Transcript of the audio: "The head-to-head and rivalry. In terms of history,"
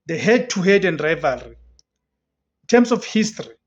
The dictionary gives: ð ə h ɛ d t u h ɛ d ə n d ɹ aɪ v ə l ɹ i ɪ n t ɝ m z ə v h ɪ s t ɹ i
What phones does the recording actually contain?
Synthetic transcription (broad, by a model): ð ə h ɛ d t u h ɛ d ə n d ɹ aɪ v ə l ɹ i ɪ n t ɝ m s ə f h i s t ɹ i